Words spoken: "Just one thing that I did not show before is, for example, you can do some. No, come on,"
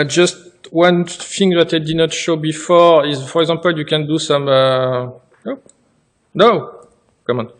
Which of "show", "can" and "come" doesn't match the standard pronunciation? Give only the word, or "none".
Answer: none